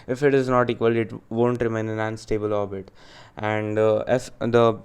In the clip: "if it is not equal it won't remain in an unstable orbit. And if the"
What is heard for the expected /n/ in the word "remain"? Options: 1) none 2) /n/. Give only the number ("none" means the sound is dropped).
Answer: 1